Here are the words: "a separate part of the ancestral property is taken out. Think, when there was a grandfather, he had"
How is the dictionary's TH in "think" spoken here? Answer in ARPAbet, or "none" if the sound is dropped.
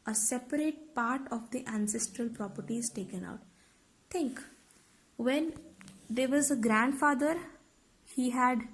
T